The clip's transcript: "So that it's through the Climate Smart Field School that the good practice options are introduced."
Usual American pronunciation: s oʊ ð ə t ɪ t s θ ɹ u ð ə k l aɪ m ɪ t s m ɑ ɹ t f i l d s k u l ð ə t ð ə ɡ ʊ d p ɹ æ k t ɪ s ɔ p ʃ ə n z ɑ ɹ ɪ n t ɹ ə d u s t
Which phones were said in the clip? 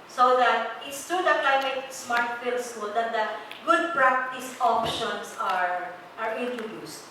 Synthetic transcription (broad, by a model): s oʊ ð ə t ɪ t s t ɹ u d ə k l aɪ m ɪ t s m ɑ ɹ t f i l d s k u l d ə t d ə ɡ ʊ d p ɹ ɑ k t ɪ s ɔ p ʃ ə n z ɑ ɹ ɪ n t ɹ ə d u s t